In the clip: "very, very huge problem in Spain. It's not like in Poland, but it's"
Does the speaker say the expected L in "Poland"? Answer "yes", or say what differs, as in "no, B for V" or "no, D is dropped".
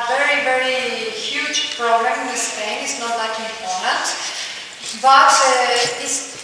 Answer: no, N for L